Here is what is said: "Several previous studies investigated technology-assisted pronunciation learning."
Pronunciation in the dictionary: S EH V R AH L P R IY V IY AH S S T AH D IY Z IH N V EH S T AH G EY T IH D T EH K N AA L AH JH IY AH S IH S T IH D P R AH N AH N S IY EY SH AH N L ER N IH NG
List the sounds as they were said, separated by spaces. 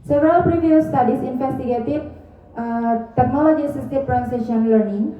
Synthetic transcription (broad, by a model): S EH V R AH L P R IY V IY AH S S T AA D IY S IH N F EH S T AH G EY T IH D T EH K N AA L AH JH IY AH S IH S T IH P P R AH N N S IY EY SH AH N L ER N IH NG